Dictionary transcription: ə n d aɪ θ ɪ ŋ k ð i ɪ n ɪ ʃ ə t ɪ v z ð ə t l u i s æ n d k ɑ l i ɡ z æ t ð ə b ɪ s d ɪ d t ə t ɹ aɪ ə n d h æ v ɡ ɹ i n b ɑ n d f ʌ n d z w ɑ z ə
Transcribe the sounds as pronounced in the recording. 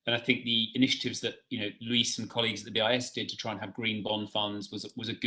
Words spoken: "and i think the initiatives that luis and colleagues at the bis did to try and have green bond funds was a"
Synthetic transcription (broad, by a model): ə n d aɪ θ ɪ ŋ k ð i ɪ n ɪ ʃ ə t ɪ v z ð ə t l u i s n k ɑ l i ɡ z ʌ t ð ə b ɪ s d ɪ d t ə t ɹ aɪ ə n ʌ v ɡ ɹ i n b ɑ n f ʌ n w z w ɑ z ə